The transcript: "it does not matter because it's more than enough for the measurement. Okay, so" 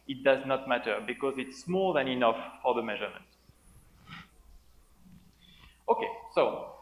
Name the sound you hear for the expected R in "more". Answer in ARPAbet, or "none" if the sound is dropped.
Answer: L